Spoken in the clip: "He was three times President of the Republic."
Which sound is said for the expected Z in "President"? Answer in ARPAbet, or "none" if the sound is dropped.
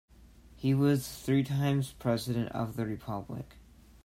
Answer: Z